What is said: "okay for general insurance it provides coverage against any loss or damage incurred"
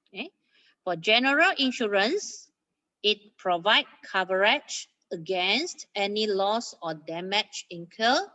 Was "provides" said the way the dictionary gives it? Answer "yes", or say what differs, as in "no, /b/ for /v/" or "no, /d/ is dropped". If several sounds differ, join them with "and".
no, /z/ is dropped